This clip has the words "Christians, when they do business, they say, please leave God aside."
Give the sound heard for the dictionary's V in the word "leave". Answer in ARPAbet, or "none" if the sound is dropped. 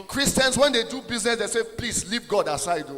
P